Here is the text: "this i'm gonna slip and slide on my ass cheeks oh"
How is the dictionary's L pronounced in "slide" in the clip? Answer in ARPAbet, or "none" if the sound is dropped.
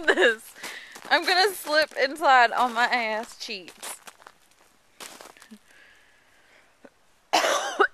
none